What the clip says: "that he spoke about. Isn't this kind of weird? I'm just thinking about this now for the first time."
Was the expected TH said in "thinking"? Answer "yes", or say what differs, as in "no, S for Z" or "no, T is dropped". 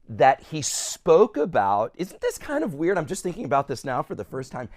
yes